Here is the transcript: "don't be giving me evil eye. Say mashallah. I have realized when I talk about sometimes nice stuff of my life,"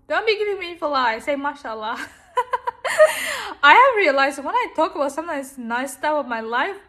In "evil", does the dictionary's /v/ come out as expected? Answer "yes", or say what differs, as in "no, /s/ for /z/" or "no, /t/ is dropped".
no, /f/ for /v/